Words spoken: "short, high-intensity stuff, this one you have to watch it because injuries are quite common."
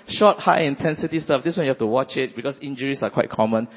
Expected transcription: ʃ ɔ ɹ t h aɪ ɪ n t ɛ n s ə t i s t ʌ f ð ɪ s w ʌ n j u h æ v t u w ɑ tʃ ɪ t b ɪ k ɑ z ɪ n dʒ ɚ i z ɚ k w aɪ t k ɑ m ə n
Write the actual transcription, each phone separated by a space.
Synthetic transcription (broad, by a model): ʃ ɔ t h aɪ ɪ n t ɛ n s ə t i s t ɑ f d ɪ s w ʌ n j u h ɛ f t u w ɑ tʃ ɪ t b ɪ k ɑ s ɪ n dʒ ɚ i s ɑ k w aɪ t k ɑ m ə n